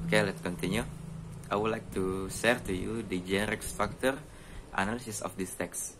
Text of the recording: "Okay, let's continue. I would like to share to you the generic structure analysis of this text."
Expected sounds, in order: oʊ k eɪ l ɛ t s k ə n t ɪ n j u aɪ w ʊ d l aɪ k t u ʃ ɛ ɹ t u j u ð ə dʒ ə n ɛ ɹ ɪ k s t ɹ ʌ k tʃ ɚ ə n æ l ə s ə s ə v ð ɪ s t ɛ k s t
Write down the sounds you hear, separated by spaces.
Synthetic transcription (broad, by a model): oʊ k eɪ l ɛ t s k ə n t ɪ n j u aɪ w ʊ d l aɪ k t u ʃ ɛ ɹ t u j u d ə dʒ ə n ɛ ɹ ɪ k s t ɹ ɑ k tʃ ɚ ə n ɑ l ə s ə s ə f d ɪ s t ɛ k s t